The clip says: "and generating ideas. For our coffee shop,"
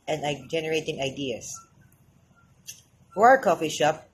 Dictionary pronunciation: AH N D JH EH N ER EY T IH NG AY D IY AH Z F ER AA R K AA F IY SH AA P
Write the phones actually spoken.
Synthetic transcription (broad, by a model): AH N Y JH EH N ER EY T IH NG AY D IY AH S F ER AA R K AA F IY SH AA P